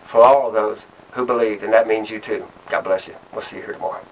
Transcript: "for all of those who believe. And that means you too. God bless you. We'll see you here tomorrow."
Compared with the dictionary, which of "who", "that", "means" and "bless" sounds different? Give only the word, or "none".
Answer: none